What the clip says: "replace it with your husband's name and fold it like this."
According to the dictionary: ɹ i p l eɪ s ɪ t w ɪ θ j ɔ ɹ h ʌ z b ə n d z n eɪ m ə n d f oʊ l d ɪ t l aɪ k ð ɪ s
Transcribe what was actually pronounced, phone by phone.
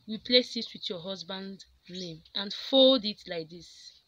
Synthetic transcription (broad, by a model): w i p l eɪ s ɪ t w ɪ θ j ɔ h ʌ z b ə n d n eɪ m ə n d f oʊ l d ɪ t l aɪ k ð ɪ s